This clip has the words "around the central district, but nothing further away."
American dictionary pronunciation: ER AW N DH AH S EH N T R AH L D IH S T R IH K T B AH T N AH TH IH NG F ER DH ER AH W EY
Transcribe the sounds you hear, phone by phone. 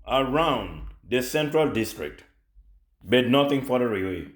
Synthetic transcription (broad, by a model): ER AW N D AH S EH N T R AH L D IH S T R IH K T B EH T N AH T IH NG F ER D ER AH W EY